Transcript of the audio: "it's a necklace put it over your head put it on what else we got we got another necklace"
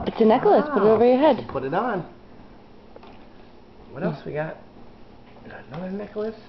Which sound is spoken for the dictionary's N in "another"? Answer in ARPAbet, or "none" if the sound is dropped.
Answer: none